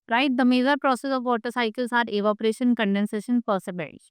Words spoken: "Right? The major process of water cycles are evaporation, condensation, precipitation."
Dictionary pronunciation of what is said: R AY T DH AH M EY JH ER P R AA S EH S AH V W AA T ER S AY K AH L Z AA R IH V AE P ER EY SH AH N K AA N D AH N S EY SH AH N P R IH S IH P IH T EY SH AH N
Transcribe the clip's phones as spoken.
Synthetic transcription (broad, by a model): R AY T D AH M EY Z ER P R AA S EH S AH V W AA T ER S AY K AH L S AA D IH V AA P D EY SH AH N K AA N D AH N S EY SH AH N P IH S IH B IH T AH